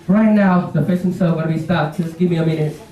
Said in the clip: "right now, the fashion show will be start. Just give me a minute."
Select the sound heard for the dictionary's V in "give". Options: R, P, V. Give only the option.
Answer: V